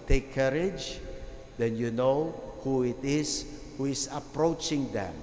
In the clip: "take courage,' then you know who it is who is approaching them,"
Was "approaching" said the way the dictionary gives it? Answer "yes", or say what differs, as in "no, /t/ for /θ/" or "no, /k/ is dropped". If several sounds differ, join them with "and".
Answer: yes